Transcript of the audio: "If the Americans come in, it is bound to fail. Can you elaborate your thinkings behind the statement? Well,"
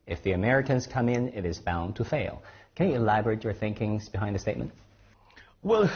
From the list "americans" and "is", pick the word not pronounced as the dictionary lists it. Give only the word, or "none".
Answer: none